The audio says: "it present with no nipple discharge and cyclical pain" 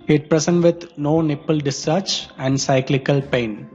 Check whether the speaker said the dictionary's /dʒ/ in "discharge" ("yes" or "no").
no